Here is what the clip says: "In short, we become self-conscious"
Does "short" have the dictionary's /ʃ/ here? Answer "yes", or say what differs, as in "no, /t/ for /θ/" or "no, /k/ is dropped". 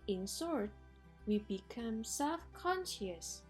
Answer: no, /s/ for /ʃ/